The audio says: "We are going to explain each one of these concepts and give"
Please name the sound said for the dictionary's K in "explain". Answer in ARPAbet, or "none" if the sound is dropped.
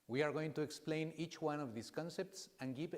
K